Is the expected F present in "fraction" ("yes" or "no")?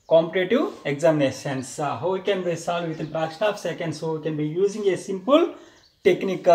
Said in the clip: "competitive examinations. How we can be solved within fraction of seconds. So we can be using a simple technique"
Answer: no